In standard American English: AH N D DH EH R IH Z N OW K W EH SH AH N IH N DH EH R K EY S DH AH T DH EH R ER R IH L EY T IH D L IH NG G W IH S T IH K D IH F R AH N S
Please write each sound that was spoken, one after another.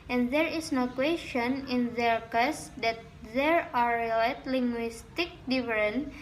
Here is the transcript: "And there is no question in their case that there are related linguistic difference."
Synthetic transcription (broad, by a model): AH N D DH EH R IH S N OW K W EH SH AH N IH N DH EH R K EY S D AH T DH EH R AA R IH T L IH NG G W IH S T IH K D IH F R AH N